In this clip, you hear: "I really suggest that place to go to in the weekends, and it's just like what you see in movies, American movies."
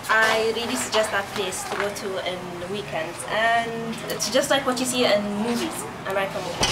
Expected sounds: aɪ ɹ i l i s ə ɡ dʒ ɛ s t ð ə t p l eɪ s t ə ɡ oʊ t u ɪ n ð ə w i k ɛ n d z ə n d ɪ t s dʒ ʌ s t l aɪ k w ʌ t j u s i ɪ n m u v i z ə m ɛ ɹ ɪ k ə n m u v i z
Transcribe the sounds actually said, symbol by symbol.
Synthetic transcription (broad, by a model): aɪ ɹ i l i s ə ɡ dʒ ɛ s t ð ə t p l eɪ s t ə ɡ oʊ t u ɪ n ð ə w i k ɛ n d ə n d ɪ t s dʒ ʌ s t l aɪ k w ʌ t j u s i ɪ n m u v i z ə ɪ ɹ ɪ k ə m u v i